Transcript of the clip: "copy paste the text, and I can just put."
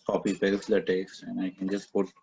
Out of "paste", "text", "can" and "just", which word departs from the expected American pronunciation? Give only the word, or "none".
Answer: paste